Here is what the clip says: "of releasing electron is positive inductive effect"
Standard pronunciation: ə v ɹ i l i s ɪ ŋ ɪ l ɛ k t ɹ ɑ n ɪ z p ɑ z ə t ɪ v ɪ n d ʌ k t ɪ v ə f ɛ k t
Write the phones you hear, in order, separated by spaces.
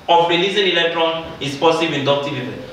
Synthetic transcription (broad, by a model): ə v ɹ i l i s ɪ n ɪ l ɛ k t ɹ ɑ n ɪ s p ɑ s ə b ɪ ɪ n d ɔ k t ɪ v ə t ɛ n